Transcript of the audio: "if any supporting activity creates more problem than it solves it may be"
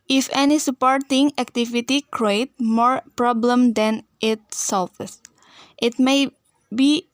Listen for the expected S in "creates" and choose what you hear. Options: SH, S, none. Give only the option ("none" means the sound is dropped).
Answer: none